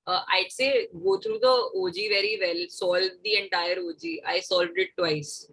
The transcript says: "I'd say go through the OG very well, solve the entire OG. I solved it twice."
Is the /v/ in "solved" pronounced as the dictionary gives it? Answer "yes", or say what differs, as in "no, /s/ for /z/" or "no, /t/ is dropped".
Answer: yes